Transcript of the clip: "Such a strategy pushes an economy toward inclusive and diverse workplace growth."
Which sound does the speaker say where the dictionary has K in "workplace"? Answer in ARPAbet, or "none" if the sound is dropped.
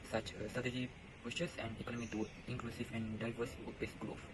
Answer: none